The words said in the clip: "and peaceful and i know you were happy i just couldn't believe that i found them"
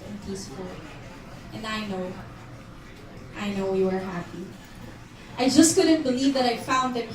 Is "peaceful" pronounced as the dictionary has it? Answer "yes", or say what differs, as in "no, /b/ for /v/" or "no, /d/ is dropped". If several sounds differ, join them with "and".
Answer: no, /n/ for /l/